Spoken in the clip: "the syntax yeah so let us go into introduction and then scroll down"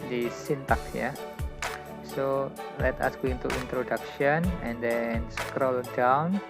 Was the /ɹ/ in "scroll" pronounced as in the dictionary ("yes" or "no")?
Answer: yes